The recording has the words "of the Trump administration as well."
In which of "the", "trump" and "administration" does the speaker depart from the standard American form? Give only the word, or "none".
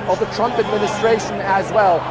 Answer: none